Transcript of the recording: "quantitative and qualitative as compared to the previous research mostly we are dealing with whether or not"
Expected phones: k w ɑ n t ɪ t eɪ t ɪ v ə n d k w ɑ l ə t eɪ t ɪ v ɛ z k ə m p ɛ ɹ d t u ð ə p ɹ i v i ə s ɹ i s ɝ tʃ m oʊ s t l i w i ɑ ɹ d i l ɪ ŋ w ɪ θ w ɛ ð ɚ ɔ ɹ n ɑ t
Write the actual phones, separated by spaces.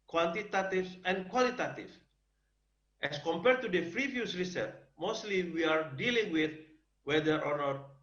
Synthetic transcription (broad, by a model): k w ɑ n t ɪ t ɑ t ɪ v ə n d k w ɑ l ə t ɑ t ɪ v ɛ s k ə m p ɛ ɹ d t u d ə f ɹ i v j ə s ɹ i s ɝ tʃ m oʊ s t l i w i ɑ ɹ d i l ɪ ŋ w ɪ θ w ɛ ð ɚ ɔ ɹ n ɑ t